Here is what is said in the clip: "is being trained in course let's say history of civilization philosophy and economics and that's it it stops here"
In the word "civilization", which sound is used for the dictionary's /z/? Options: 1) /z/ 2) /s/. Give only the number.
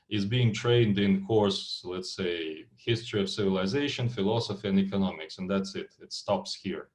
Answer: 1